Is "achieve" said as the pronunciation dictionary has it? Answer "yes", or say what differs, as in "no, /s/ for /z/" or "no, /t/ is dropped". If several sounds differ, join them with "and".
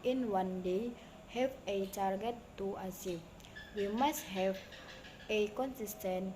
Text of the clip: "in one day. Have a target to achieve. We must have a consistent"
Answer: no, /s/ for /tʃ/